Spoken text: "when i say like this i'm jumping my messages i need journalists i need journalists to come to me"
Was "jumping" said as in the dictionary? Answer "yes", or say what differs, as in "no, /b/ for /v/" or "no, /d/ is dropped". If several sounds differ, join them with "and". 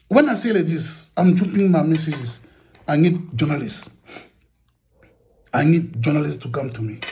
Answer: no, /m/ is dropped